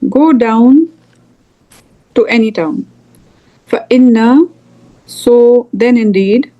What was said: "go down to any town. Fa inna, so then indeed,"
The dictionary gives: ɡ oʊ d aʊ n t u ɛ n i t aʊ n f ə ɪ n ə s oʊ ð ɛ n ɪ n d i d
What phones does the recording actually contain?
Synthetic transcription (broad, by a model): ɡ oʊ d aʊ n t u ɛ n i t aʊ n f ə ɪ n ə s oʊ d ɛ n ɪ n d i d